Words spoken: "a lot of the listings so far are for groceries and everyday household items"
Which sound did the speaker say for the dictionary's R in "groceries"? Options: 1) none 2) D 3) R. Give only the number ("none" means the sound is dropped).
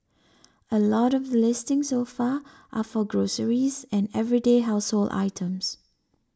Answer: 3